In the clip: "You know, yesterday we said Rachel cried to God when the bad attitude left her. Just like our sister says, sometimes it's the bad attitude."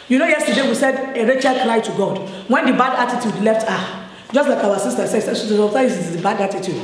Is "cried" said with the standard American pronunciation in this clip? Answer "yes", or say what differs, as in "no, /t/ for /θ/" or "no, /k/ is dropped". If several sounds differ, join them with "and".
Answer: no, /l/ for /ɹ/